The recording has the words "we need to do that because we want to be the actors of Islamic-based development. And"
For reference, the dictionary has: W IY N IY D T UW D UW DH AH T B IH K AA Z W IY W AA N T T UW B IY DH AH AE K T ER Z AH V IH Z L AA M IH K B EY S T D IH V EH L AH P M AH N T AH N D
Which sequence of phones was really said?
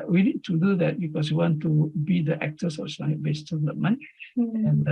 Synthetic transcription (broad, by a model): W IY N IY D T UW D UW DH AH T B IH K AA S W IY W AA N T T UW B IY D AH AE K T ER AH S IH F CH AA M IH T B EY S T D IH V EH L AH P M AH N AH N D